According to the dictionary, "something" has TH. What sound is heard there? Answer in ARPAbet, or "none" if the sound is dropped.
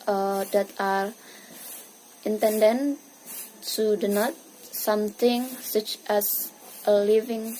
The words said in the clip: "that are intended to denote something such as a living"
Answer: T